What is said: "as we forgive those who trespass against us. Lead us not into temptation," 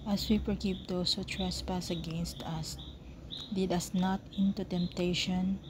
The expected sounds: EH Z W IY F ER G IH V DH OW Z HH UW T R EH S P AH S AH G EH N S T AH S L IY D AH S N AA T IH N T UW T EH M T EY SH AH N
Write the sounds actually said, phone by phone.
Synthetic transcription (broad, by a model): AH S W IY P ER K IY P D OW S HH UW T R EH S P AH S AH G EH N S T AH S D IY D AH S N AA T IH N T UW T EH M T EY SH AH N